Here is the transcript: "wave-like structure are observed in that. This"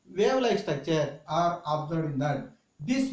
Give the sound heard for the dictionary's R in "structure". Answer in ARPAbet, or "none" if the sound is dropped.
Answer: none